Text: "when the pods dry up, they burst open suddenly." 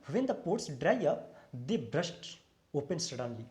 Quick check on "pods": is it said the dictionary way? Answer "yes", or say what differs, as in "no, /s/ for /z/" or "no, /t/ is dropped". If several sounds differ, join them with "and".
no, /s/ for /z/